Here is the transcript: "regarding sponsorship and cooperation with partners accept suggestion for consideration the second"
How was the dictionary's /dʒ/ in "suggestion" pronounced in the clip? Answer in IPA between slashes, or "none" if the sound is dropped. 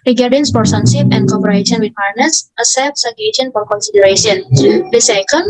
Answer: none